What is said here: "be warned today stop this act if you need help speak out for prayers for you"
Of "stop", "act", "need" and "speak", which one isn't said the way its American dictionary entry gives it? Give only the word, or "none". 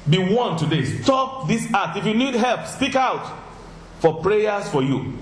act